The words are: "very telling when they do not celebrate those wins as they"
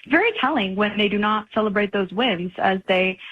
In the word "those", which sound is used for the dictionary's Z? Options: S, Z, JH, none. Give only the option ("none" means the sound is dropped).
Z